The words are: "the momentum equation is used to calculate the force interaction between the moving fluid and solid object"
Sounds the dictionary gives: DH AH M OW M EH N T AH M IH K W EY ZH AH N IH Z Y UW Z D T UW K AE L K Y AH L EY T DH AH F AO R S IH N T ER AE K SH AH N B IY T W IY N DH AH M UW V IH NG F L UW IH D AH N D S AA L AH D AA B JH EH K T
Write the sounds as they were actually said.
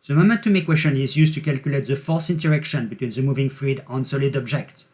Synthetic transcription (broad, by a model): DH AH M OW M EH N T AH M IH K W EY SH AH N IH Z Y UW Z T UW K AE L K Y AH L EY T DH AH F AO L S IH N T ER AE K SH AH N B IY T W IY N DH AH M UW V IH NG F L UW IH D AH N S AA L AH D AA B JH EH K T